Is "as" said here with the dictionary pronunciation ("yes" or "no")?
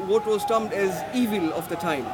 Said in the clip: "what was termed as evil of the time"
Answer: yes